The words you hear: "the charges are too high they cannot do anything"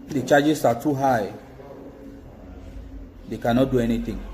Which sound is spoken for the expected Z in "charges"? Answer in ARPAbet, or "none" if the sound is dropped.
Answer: S